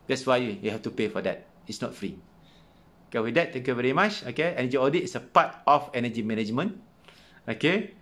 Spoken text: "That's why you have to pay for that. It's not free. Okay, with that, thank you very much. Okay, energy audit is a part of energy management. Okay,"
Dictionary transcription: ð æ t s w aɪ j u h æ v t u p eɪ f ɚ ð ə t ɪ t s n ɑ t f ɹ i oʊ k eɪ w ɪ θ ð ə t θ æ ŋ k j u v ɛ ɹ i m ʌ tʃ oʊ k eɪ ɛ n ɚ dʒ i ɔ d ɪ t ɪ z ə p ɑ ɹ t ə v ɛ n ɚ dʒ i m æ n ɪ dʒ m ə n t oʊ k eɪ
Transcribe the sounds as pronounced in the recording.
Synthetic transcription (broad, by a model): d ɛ t s w aɪ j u h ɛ f t u p eɪ f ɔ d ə t ɪ t s n ɑ t f ɹ i oʊ k eɪ w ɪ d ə t t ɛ ŋ k j u v ɛ ɹ i m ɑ tʃ oʊ k eɪ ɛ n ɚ dʒ i ɔ d ɪ t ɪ s ə p ɑ t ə f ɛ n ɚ dʒ i m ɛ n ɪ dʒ m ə n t oʊ k eɪ